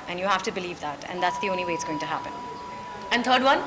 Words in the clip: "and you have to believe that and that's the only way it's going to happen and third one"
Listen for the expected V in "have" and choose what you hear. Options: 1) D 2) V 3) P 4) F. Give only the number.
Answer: 4